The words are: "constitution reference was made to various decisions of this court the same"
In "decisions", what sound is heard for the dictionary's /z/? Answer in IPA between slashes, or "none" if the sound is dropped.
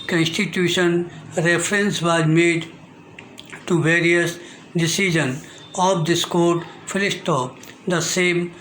none